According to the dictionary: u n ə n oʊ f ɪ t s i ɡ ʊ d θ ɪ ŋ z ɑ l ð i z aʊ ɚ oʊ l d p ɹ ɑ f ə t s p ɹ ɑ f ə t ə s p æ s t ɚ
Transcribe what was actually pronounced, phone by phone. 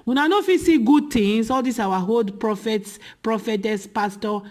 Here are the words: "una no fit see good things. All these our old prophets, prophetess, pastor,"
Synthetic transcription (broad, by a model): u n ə n oʊ f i s i ɡ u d t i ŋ s ɑ l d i s aʊ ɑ oʊ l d p ɹ ɑ f ə t s p ɹ ɑ f ə t ə s p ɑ s t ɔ